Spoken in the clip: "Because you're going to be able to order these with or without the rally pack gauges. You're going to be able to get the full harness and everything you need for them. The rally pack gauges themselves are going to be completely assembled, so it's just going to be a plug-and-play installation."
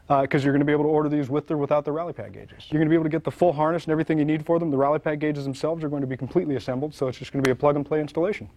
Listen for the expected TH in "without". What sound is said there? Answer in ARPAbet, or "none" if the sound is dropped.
TH